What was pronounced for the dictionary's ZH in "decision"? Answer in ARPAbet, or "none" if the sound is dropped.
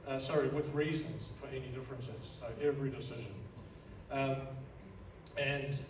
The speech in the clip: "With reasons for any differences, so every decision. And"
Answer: ZH